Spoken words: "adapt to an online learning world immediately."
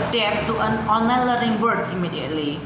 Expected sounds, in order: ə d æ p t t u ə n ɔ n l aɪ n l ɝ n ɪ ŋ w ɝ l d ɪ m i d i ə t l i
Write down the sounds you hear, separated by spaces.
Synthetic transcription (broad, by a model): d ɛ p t t u ə n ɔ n l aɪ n l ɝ ɪ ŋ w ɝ d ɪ m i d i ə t l i